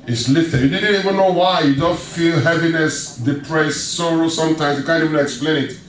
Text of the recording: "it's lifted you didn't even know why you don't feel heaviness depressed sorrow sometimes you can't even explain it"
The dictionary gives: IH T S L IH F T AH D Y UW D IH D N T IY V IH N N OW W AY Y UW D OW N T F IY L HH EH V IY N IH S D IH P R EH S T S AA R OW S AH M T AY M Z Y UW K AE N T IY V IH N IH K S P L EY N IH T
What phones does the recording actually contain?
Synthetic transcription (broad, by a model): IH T S L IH T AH Y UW D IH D N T IY V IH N N OW W AY Y UW D OW N T F IY L HH EH V IY N IH S D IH P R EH S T S AA R OW S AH M T AY M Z Y UW K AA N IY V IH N IH K S P L EY N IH T